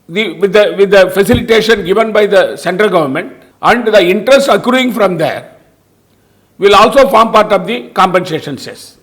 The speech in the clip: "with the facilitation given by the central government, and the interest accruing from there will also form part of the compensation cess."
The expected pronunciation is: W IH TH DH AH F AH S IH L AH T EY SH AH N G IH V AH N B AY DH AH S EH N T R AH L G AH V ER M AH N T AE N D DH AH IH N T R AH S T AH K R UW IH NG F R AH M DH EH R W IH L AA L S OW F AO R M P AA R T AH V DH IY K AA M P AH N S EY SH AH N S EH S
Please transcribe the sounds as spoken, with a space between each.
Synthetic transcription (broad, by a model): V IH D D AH F AH S IH L AH T EY SH AH N G IH V AH N B AY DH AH S EH N T R AH L G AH V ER M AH N T AE N D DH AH IH N T R AH S T AH K R UW IH NG F R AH M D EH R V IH L AA L S OW F AO R M P AA R T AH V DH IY K AA M P AH N S EY SH AH N S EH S